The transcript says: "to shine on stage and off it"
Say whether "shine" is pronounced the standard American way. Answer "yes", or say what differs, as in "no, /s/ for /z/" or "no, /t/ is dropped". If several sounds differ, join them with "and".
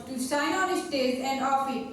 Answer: no, /s/ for /ʃ/